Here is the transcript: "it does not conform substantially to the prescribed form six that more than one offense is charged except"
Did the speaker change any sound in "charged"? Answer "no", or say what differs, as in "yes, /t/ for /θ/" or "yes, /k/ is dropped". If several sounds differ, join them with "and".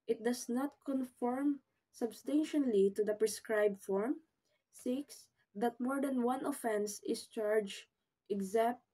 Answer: yes, /d/ is dropped